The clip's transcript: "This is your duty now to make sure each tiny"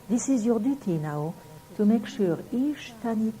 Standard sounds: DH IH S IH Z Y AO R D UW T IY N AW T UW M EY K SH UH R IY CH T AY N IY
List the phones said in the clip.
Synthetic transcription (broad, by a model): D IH S IH Z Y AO D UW T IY N AW T UW M EY K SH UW R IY SH T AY N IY